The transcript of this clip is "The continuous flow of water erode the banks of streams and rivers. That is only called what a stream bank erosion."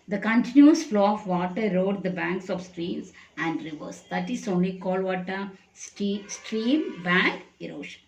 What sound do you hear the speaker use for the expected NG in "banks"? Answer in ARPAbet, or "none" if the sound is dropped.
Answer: NG